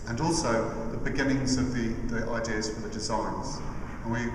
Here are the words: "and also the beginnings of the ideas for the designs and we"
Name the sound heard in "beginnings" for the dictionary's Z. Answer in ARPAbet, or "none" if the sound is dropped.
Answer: Z